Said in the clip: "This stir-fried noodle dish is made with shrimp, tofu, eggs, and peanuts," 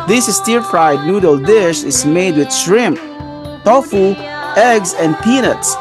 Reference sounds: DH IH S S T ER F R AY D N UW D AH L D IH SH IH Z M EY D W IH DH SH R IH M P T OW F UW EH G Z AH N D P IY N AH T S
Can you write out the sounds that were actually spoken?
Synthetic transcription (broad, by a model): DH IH S S T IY F R AY D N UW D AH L D IH SH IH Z M EY D W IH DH SH R IH M P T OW F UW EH G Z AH N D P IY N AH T S